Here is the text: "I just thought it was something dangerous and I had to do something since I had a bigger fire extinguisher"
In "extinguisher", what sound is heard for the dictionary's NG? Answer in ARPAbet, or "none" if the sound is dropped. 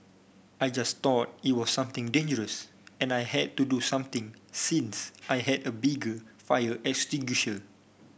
none